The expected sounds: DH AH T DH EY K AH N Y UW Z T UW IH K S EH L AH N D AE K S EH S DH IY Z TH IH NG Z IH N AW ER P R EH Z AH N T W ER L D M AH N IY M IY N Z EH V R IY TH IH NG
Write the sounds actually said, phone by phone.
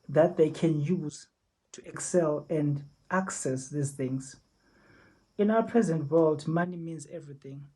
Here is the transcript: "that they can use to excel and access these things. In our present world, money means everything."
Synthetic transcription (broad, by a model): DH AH T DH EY K AH N Y UW Z T UW IH K S EH L AH N D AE K S EH S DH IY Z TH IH NG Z IH N AW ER P R EH Z AH N T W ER L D M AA N IY M IY N Z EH V R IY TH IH NG